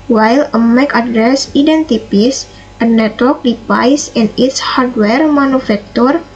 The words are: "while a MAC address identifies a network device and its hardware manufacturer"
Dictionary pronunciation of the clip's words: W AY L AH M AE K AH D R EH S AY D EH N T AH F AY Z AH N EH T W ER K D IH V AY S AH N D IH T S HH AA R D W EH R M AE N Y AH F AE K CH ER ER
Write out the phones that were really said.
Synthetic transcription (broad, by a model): W AY L AH M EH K AH D R EH S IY D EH N T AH P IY S AH N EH T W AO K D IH P AY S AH N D IH T S HH AA R D W EH R M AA N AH F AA K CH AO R